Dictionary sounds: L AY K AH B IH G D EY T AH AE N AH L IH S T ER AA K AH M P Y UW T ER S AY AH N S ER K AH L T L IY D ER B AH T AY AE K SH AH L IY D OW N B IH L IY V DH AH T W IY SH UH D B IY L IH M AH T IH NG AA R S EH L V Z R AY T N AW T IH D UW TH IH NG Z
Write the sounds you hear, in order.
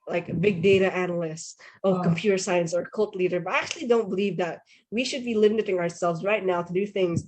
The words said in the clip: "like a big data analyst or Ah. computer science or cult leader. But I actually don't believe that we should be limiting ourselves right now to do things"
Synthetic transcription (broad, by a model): L AY K AH B IH G D EY T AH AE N L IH S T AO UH K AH M P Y UW T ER S AY AH N S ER K AH L T L IY D ER B AH T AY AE K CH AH L IY D OW N B IH L IY V DH AH T W IY SH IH D B IY L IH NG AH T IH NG AA R S EH L V Z R AY T N AW T IH D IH TH IH NG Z